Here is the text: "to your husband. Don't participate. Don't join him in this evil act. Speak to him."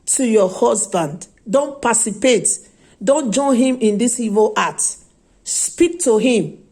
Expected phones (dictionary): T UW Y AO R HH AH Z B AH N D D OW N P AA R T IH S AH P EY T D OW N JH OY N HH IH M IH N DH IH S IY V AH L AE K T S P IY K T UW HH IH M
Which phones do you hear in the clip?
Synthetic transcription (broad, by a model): T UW Y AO HH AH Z B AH N D D OW N P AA S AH P EY T D OW N JH OY N HH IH M IH N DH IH S IY V AH L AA T S P IY K T UW HH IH M